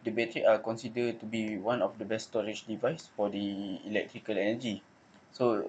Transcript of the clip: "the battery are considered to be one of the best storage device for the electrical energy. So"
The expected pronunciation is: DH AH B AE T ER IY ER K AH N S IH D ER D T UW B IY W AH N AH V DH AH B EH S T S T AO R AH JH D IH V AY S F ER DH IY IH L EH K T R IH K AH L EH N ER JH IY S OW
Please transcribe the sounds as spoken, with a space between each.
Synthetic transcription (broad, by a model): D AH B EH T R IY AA K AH N S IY D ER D T UW B IY W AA N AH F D AH B EH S S T AO R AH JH D IH V AY S F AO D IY IH L EH K T R IH K AH L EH N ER JH IY S OW